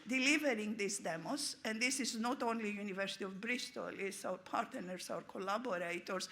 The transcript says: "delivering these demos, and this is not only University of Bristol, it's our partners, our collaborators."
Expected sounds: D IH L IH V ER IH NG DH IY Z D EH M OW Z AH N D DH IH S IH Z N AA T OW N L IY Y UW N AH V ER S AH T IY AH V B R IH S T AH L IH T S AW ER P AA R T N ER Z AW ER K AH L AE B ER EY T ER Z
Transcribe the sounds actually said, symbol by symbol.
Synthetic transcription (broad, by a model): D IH L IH V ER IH NG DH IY S D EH M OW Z AH N D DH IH S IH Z N AA T OW N L IY Y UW N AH V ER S T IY AH V B R IH S T AH L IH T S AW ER P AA R T N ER S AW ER K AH L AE B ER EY T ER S